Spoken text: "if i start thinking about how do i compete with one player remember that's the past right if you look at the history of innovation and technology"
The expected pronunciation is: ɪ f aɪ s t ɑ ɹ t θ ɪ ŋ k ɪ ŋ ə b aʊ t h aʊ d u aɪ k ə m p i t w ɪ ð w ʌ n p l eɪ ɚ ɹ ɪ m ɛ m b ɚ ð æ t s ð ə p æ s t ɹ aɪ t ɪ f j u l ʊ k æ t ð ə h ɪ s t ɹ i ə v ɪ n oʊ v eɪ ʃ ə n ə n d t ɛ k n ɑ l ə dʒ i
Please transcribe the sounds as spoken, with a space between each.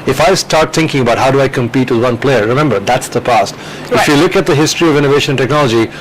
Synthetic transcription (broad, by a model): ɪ f aɪ s t ɑ ɹ t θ ɪ ŋ k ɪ ŋ ə b aʊ t h aʊ d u aɪ k ə m p i t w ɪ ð w ʌ n p l eɪ ɚ ɹ ɪ m ɛ m b ɚ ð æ t s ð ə p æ s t t ɪ f j u l ʊ k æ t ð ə h ɪ s t ɹ i ə v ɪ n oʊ v eɪ ə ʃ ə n t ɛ k n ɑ l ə dʒ i